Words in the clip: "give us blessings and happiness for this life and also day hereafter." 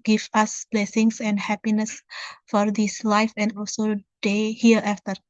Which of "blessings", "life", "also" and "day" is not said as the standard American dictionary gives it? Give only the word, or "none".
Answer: blessings